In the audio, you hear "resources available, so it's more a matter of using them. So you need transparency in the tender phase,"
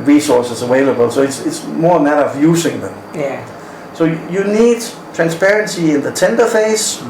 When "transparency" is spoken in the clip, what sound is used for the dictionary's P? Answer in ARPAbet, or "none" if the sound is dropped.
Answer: P